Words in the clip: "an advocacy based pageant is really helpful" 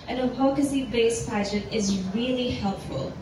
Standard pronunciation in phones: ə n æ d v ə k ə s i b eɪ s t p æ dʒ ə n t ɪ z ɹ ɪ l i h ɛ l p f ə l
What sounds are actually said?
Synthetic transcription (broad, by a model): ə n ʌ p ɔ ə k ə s i b eɪ s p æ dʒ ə t ɪ z ɹ ɪ l i h ɛ l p f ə l